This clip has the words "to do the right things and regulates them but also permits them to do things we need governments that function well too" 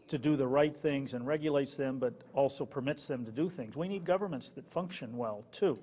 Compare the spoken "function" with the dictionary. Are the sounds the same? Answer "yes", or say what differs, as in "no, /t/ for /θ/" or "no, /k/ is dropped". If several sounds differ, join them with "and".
yes